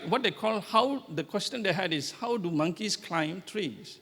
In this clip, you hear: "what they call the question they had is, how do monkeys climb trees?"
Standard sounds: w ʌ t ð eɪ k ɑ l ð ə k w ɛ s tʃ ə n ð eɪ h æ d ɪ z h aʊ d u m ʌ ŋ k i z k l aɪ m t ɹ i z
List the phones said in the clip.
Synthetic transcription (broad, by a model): w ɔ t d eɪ k ɑ l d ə k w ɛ s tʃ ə n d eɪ h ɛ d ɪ s h aʊ d u m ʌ ŋ k i s k l aɪ m t ɹ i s